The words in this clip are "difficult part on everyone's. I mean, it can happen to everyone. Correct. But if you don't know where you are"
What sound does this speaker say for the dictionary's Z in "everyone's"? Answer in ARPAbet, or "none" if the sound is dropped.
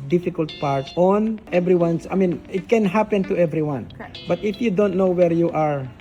S